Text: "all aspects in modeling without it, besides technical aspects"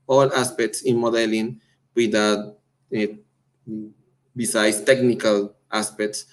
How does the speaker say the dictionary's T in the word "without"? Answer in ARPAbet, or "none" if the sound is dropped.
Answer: none